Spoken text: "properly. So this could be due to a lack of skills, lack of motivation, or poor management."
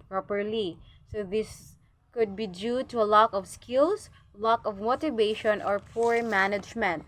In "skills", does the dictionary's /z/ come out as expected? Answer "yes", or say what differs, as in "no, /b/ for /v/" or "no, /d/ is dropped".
no, /s/ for /z/